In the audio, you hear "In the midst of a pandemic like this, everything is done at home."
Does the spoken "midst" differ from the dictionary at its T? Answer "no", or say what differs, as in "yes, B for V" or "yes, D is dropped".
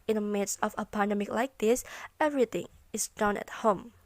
yes, T is dropped